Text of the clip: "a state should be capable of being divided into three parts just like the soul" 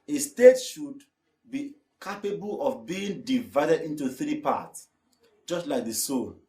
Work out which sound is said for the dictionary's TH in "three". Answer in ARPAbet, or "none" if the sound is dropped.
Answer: TH